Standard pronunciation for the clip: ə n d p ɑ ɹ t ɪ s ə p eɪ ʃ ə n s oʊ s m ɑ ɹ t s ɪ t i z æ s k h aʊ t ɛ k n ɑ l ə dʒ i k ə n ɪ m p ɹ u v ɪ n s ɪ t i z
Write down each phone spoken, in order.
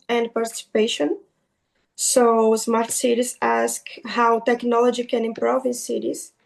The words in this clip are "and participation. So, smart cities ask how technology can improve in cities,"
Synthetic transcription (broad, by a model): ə n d p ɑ ɹ t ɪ s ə p eɪ ʃ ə n s oʊ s m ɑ ɹ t s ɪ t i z æ s k h aʊ t ɛ k n ɑ l ə dʒ i k ə n ɪ m p ɹ u v ɪ n s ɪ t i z